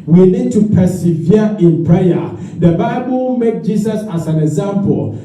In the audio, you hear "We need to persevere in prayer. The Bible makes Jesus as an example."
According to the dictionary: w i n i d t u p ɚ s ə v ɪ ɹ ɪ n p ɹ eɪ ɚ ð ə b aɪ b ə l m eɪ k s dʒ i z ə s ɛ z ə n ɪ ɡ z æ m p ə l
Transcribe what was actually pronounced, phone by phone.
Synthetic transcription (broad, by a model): w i n i d t u p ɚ s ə v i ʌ ɪ n p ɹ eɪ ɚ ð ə b aɪ b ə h m eɪ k dʒ i s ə s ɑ s ə n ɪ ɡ z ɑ m p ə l